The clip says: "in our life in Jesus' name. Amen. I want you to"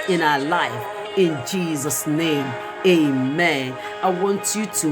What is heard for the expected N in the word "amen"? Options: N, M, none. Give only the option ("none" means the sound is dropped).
N